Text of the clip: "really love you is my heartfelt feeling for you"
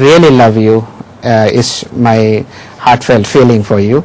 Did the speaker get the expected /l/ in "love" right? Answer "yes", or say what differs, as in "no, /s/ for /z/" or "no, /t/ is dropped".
yes